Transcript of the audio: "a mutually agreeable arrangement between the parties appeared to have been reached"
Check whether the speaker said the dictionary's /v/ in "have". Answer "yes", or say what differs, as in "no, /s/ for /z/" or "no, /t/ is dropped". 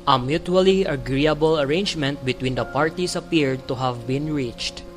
yes